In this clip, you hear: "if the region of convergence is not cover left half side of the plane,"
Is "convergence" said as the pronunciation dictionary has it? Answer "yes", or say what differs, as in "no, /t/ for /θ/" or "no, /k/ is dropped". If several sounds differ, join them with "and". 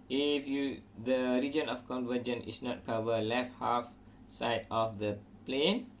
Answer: no, /s/ is dropped